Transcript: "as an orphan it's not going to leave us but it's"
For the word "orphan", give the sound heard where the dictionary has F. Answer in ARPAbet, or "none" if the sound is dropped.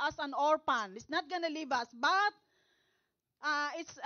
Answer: P